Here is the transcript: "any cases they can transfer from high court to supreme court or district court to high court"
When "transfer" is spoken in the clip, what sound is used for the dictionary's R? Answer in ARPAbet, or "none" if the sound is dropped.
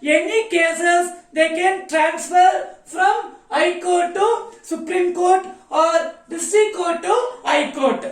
R